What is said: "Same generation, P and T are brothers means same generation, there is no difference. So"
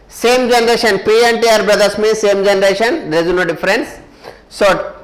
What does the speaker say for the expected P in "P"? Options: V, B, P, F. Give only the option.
P